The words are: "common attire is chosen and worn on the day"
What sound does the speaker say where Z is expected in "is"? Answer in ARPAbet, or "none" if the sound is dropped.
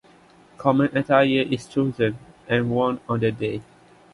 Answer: S